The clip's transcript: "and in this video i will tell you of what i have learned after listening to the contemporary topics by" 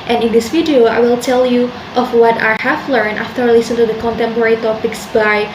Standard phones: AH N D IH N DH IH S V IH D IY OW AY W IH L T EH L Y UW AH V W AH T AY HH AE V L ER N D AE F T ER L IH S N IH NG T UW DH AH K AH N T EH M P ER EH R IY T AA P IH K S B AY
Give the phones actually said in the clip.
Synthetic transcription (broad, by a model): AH N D IH N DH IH S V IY D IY OW AY W IH L T EH L Y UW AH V W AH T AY HH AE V L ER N AE F T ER L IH S IH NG T UW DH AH K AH N T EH M P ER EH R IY T AA P IH K S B AY